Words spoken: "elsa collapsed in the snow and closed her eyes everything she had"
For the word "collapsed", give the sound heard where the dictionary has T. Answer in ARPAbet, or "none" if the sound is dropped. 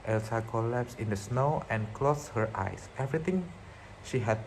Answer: none